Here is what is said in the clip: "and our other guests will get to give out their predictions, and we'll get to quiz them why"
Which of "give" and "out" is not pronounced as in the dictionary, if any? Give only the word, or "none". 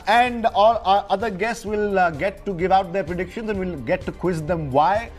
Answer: none